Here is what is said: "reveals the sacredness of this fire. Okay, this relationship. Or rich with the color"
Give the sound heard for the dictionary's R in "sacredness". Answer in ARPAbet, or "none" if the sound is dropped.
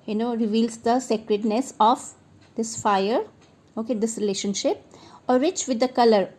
R